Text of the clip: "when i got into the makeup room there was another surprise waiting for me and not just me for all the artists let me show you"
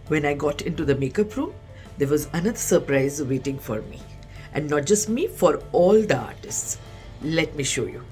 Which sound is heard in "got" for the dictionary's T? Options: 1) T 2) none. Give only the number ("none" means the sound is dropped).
1